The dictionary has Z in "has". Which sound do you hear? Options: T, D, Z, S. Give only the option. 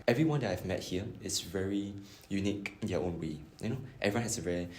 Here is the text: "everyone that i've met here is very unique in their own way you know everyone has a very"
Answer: S